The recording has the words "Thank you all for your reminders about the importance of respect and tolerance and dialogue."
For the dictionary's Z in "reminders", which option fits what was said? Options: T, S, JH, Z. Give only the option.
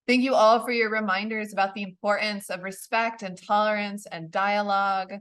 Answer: Z